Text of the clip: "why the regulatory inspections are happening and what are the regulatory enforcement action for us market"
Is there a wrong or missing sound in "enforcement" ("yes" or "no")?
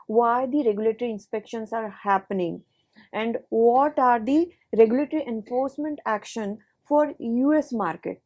no